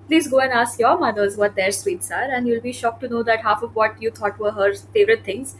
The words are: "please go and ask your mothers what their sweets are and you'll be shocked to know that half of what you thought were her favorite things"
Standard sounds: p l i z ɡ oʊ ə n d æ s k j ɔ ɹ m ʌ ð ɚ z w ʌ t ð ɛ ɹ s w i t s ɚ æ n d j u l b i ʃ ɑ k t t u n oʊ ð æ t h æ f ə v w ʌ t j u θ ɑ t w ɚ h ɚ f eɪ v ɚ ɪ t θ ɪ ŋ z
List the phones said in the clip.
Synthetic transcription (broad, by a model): p l i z ɡ oʊ ə n d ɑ s k j ɔ ɹ m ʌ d ɚ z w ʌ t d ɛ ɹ s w i t s ɚ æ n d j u l b i ʃ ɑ k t t u n oʊ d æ t h æ f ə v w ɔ t j u t ɑ t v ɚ h ɚ f eɪ v ɚ ɪ t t ɪ ŋ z